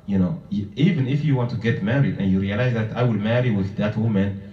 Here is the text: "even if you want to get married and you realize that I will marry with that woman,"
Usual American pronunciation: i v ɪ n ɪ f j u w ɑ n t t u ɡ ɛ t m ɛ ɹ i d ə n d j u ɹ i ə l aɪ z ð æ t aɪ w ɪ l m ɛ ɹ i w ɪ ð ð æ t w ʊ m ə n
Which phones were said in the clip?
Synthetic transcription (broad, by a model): i v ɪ n ɪ f j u w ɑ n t t u ɡ ɛ t m ɛ ɹ i d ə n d j u ɹ i ə l aɪ z ð æ t aɪ w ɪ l m ɛ ɹ i w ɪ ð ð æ t w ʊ m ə n